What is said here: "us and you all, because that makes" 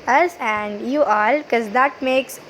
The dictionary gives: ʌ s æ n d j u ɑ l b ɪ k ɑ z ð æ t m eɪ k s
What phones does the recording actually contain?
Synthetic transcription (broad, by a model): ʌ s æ n d j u ɑ l k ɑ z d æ t m eɪ k s